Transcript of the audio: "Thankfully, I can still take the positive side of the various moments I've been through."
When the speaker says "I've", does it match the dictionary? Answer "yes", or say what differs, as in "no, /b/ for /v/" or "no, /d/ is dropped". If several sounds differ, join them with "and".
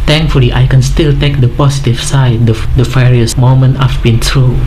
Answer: no, /f/ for /v/